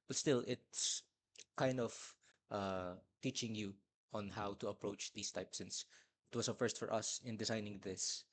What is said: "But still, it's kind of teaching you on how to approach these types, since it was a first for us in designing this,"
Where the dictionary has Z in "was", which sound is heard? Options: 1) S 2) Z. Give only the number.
1